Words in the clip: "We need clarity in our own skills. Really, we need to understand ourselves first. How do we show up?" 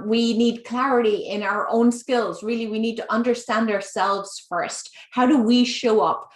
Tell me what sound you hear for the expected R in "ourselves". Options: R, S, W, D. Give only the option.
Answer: R